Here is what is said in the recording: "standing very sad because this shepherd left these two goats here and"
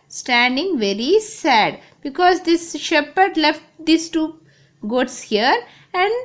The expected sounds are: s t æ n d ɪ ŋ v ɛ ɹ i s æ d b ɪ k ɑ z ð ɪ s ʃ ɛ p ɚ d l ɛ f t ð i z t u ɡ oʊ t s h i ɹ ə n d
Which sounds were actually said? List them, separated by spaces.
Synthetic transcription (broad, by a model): s t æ n d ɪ ŋ v ɛ ɹ i s æ d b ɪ k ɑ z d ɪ s ʃ ɛ p ɚ d l ɛ f t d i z t u ɡ oʊ t s h i ɹ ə n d